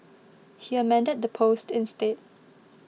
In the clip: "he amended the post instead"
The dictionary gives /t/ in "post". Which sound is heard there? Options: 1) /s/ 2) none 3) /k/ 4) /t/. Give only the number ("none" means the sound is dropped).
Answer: 4